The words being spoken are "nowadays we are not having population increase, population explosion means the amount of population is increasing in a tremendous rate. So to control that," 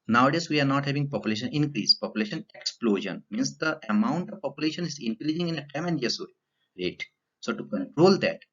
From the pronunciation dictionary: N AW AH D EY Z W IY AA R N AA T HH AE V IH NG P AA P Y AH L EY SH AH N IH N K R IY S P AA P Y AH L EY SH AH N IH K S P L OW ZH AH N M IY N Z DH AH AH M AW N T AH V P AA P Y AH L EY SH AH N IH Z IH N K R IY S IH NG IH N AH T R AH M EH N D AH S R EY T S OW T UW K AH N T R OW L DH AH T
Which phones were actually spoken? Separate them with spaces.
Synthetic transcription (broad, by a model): N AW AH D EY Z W IY AA R N AA T HH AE V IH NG P AA P Y AH L EY SH AH N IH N K R IY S P AA P Y AH L EY SH AH N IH K S P L OW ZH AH N M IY N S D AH AH M AW N T AH V P AA P Y AH L EY SH AH N IH Z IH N K R IY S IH NG IH N AH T AH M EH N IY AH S R EY T S OW T UW K AH N T R OW L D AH T